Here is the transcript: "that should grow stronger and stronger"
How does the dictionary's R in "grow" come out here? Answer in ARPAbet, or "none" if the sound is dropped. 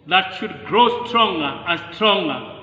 R